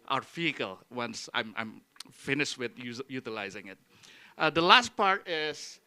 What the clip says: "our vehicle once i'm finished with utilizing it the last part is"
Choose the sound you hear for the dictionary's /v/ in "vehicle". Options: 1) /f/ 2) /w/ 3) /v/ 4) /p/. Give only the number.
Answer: 1